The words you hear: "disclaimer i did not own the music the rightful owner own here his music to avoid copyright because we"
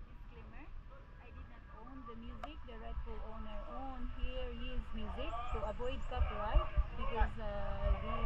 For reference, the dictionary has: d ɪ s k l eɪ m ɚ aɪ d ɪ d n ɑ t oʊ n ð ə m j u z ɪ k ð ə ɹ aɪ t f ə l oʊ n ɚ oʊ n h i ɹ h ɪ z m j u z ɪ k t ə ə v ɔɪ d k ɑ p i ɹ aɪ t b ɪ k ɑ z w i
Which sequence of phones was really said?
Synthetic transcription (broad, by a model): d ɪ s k l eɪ m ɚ aɪ d ɪ d n ɑ t oʊ n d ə m j u z ɪ k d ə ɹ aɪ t ə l oʊ n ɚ oʊ n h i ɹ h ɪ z m j u z ɪ k s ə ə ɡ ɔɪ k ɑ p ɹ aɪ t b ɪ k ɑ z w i